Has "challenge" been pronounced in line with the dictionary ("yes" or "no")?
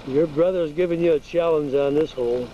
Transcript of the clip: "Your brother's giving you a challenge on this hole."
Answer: no